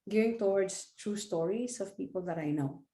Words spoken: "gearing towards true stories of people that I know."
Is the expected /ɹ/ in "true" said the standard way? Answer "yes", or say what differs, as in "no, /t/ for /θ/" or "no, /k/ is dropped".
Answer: yes